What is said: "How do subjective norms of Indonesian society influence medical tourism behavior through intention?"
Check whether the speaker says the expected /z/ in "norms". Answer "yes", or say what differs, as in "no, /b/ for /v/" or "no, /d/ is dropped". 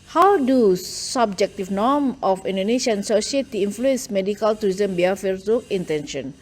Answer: no, /z/ is dropped